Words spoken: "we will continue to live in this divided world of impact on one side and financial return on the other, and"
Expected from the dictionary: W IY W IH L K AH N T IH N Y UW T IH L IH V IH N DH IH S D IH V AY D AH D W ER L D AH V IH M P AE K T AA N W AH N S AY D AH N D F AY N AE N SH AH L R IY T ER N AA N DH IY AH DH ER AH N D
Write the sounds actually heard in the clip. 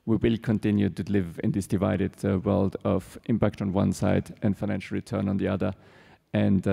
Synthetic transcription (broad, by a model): W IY W IH L K AH N T IH N Y UW T IH L IH V IH N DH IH S D IH V AY D AH D W ER L D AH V IH M P AE K T N W AH N S AY D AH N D F AY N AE N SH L R IY T ER N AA N DH IY AH DH ER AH N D